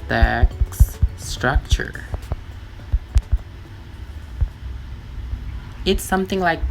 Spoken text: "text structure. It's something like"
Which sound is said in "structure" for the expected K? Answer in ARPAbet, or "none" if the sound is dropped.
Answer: K